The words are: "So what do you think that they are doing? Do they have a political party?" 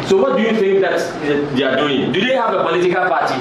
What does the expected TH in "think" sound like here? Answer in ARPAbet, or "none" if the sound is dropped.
F